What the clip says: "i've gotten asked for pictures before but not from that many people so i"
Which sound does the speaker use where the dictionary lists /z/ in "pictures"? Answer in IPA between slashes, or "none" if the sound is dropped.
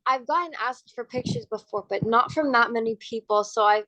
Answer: /z/